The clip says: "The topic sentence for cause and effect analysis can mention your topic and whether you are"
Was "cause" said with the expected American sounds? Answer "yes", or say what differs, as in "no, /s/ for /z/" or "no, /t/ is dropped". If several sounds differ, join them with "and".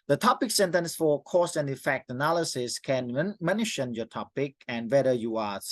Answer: no, /s/ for /z/